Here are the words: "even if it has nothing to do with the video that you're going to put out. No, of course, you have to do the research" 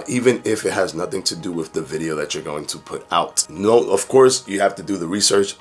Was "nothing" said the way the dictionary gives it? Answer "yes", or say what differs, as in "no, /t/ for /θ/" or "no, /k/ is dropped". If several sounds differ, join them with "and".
yes